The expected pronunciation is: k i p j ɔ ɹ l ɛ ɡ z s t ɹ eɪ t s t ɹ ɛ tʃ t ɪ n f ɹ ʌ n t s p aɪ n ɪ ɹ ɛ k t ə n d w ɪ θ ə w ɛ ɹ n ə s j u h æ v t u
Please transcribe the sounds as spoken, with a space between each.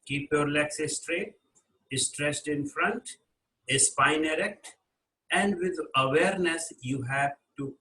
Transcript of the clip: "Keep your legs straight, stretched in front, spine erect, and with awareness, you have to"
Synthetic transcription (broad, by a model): k i p j ɔ ɹ l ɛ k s s t ɹ eɪ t s t ɹ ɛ s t ɪ n f ɹ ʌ n t s p aɪ n ɪ ɹ ɛ k t ə n d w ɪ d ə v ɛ ɹ n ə s j u h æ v t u